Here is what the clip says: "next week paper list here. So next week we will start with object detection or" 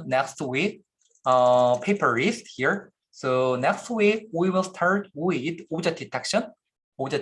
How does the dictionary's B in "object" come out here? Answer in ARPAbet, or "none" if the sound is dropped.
none